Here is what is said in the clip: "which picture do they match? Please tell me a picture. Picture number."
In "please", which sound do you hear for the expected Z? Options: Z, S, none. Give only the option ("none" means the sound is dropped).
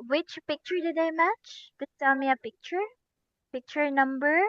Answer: none